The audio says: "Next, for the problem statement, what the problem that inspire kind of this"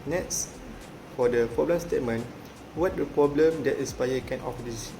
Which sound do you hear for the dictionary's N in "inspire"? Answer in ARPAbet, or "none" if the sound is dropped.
none